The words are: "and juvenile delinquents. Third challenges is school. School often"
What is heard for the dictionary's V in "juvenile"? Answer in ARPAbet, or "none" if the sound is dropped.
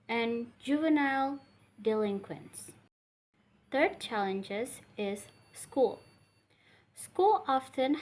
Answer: V